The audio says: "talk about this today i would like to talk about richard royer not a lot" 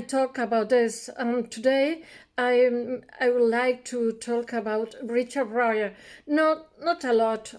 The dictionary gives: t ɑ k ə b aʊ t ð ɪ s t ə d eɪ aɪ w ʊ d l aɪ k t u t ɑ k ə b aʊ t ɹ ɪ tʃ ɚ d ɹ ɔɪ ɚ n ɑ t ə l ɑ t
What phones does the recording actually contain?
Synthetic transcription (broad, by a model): t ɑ k ə b aʊ t ð ɪ s t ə d eɪ aɪ w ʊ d l aɪ k t u t ɑ k ə b aʊ t ɹ ɪ tʃ ɚ d ɹ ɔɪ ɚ n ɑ t ə l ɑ t